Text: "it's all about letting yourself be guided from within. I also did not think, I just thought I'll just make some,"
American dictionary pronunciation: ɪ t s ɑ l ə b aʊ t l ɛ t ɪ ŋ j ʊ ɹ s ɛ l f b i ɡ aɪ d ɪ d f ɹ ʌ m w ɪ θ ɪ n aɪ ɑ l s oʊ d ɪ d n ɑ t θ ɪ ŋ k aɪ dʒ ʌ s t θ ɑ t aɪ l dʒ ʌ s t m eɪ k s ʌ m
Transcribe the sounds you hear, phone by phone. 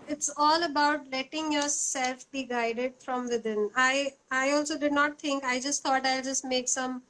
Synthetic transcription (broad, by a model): ɪ t s ɑ l ə b aʊ t l ɛ t ɪ ŋ j ʊ ɹ s ɛ l f b i ɡ aɪ d ɪ d f ɹ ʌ m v ɪ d ɪ n aɪ ɑ l s oʊ d ɪ d n ɑ t t ɪ ŋ k aɪ dʒ ʌ s t t ɑ t aɪ l dʒ ʌ s t m eɪ k s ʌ m